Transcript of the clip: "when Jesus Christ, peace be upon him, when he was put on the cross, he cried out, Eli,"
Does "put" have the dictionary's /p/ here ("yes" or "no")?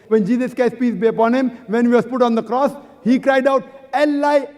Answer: yes